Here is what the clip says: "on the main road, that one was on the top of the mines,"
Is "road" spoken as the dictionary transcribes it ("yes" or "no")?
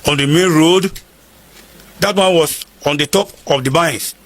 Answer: yes